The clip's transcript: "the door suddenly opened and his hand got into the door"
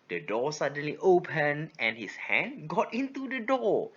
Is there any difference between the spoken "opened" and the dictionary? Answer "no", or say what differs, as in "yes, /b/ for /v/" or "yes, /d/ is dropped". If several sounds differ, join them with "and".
yes, /d/ is dropped